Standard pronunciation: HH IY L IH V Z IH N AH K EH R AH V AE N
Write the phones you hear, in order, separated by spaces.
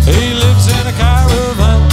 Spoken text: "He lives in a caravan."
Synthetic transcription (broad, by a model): HH IY L IH V Z IH N AH K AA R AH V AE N